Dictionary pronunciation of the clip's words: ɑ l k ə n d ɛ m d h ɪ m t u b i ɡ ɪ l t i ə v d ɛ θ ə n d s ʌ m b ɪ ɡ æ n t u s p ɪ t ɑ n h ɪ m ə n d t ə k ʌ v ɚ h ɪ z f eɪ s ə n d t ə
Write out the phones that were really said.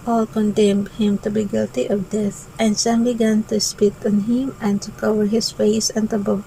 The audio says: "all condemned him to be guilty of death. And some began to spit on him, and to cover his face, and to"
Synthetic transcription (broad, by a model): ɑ l k ə n d ɛ m d h ɪ m t u b i ɡ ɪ l t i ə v d ɛ θ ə n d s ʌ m b ɪ ɡ æ n t u s p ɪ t ɑ n h ɪ m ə n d t ə k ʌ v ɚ h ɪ s f eɪ s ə n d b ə